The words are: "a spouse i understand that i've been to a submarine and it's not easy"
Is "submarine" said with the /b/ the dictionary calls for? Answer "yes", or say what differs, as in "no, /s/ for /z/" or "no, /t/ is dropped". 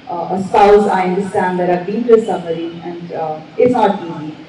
no, /b/ is dropped